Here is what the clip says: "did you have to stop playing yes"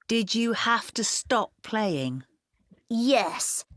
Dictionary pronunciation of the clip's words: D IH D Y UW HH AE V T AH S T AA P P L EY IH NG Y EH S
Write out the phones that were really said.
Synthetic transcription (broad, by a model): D IH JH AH HH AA F T AH S T AA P P L EY IH NG Y EH S